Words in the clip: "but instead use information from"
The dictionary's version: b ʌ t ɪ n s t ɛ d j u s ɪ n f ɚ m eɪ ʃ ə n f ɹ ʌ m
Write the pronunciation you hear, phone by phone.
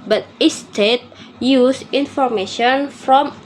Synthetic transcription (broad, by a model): b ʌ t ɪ s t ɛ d j u s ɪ n f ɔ m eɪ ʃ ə n f ɹ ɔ m